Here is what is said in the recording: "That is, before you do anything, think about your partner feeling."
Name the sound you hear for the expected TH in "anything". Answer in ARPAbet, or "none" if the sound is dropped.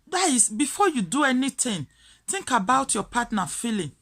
T